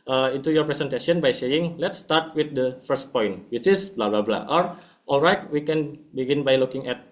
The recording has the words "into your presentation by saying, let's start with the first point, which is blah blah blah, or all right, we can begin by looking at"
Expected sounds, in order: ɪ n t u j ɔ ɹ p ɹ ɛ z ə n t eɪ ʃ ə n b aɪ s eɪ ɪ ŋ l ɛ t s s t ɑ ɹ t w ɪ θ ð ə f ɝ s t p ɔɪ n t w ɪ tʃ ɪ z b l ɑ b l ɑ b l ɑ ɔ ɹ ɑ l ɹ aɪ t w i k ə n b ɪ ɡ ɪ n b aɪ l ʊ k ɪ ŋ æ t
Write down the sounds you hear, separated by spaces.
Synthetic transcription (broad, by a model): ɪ n t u j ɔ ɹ p ɹ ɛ s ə n t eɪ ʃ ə n b aɪ s eɪ ɪ ŋ l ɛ t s s t ɑ ɹ t w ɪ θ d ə f ɝ s t p ɔɪ n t w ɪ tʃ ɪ s b l ɑ b l ɑ b l ɑ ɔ ɹ ɑ l ɹ aɪ t w i k ə n b ɪ ɡ ɪ n b aɪ l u k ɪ ŋ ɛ t